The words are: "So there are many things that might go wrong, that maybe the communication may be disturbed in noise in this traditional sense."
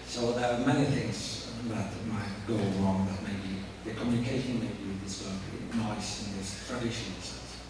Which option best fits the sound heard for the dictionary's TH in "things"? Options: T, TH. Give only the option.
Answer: TH